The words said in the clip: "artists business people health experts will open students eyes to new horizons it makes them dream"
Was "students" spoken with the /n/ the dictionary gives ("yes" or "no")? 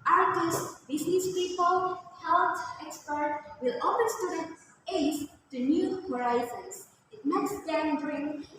no